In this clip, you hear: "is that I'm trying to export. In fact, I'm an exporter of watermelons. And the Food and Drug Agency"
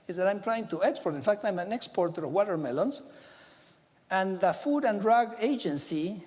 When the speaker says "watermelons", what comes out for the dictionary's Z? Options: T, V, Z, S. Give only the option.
S